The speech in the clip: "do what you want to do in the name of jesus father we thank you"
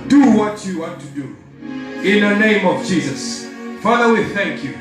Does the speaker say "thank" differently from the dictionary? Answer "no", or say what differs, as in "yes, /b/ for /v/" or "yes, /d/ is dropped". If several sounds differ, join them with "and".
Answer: no